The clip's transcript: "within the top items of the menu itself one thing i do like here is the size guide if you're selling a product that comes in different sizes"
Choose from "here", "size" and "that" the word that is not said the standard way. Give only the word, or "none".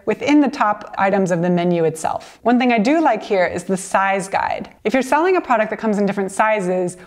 none